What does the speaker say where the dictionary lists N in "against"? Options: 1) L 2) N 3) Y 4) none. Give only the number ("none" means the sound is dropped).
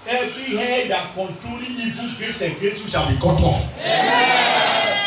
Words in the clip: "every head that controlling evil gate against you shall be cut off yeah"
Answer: 4